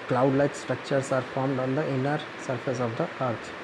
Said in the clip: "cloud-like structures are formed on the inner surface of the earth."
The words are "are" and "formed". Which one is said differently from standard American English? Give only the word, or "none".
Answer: none